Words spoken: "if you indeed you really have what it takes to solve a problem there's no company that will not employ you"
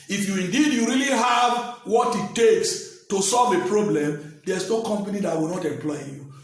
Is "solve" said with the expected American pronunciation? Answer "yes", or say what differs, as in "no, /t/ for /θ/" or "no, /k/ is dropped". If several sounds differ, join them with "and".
yes